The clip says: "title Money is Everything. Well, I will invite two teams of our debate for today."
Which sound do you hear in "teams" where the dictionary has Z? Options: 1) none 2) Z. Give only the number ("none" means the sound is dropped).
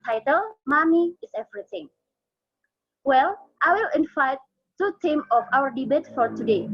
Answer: 1